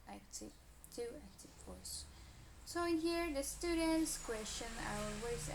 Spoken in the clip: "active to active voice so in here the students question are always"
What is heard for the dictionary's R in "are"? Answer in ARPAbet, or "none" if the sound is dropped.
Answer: W